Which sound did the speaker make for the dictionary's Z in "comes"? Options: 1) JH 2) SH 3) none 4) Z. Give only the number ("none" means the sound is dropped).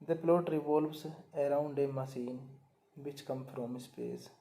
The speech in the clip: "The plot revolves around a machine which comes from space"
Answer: 3